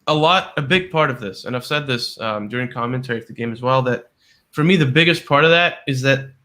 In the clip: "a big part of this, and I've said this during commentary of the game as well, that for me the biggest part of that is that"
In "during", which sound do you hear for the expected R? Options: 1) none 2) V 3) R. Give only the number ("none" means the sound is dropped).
3